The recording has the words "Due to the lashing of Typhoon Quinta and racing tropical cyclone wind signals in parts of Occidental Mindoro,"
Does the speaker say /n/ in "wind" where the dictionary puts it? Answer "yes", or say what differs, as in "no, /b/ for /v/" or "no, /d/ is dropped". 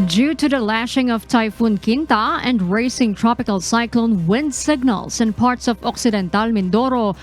yes